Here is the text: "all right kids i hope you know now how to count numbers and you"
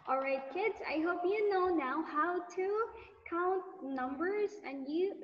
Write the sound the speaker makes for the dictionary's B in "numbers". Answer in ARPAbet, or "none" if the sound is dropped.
B